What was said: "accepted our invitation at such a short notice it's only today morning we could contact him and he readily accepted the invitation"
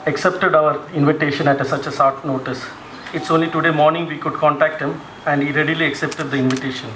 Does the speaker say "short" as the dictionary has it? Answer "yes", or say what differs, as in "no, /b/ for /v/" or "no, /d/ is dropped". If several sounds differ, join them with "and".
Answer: no, /s/ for /ʃ/